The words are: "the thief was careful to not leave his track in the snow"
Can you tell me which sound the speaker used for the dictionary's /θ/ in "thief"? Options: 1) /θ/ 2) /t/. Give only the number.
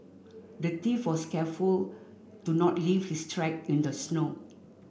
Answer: 2